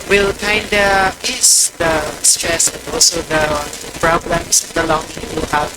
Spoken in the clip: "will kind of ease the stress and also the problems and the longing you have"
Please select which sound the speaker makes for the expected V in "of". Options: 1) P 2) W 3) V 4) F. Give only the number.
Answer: 1